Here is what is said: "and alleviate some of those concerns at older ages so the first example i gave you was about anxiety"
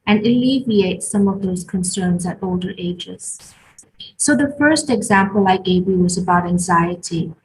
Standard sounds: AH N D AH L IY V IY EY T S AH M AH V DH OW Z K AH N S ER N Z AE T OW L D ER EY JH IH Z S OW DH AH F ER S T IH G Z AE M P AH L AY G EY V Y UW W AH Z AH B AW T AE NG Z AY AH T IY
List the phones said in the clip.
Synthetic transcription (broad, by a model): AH N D AH L IY V IY EY T S AH M AH V DH OW Z K AH N S ER N Z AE T OW L D ER EY JH IH Z S OW DH AH F ER S T IH G Z AE M P AH L AY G EY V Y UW W AH Z AH B AW T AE NG Z AY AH T IY